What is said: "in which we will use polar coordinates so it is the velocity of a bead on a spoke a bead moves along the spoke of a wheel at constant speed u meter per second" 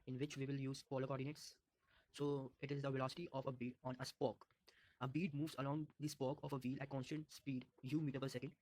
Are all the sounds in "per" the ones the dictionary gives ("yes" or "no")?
no